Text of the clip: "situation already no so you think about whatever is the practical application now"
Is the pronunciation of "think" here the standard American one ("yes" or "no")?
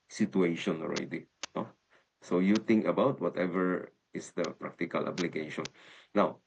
no